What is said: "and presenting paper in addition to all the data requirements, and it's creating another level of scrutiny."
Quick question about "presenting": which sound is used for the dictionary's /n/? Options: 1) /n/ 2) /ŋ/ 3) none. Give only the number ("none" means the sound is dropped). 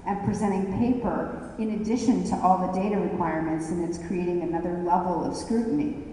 3